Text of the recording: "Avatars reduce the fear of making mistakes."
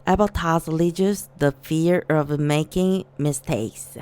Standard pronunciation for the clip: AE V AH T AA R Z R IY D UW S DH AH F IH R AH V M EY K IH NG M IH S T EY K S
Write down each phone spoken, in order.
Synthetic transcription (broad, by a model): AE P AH T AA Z L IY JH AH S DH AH F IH R AH V M EY K IH NG M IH S T EY K S